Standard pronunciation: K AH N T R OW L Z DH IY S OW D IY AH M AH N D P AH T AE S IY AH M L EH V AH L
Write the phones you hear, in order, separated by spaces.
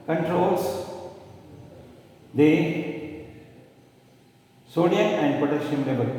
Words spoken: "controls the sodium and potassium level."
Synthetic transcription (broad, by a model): K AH N T R OW L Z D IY S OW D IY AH AH N D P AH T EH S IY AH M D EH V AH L